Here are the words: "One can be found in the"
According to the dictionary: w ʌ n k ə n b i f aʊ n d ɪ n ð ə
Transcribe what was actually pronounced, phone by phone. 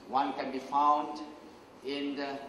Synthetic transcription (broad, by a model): w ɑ n k ə n b i f aʊ n d ɪ n